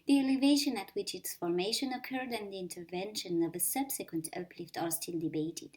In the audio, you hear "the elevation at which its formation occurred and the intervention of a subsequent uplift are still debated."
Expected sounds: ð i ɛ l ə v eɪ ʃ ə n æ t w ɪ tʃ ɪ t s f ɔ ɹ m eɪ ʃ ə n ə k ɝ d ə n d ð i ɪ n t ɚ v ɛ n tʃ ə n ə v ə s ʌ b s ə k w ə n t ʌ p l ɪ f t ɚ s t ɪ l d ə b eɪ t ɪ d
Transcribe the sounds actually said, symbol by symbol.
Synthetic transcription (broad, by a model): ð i ɛ l ə v eɪ ʃ ə n æ t w ɪ tʃ ɪ t s f ɔ ɹ m eɪ ʃ ə n ə k ɝ d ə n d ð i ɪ n t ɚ v ɛ n ʃ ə n ə v ə s ʌ b s ə k w ə n t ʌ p l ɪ f t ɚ s t ɪ l d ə b eɪ t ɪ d